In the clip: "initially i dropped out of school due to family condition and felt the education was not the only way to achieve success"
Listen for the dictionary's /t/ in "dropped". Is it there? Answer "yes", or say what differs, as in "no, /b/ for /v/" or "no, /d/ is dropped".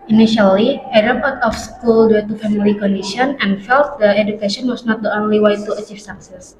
no, /t/ is dropped